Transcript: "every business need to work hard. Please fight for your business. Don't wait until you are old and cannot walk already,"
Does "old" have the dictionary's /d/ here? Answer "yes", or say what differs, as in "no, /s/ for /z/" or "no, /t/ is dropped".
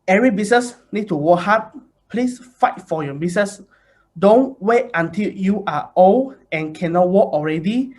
no, /d/ is dropped